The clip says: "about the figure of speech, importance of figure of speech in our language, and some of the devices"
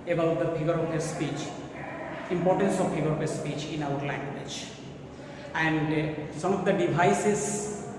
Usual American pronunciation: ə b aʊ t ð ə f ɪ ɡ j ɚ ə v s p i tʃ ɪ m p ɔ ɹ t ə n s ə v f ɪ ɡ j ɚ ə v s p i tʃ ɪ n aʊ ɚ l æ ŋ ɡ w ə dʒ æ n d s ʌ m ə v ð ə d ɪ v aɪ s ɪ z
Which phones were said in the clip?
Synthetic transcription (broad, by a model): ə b aʊ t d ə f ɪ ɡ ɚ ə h s p i tʃ ɪ m p ɔ ɹ t ə n s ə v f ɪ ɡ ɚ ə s s p i tʃ ɪ n aʊ ɚ l æ ŋ ɡ w ə dʒ æ n d s ʌ m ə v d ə d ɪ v aɪ s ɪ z